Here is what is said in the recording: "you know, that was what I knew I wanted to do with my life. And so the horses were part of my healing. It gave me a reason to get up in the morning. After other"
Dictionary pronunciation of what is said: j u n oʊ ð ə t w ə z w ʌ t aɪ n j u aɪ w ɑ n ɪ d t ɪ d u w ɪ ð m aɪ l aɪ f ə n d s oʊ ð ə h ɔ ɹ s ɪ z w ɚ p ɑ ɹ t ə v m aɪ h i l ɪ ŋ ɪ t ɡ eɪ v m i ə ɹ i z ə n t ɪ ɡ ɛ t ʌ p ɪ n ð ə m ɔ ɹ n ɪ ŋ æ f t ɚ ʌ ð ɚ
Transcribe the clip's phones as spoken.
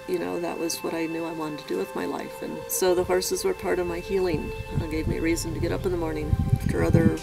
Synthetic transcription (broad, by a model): j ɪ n oʊ ð ə t w ə z w ʌ t aɪ n j u aɪ w ɑ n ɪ t ɪ d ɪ w ɪ ð m aɪ l aɪ f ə n s oʊ ð ə h ɔ ɹ s ɪ z w ɚ p ɑ ɹ t ə v m aɪ h i l ɪ ŋ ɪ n ɡ eɪ v m i ə ɹ i z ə n t ɪ ɡ ɛ t ʌ p ɪ n ð ə m ɔ ɹ n ɪ ŋ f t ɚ ʌ ð ɚ